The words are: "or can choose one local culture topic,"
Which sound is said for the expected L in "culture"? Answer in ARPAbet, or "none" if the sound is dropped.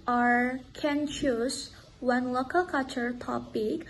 none